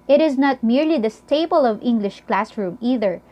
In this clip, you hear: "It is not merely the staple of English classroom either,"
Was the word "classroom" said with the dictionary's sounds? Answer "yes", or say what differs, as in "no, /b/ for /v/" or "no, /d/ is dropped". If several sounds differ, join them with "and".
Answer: yes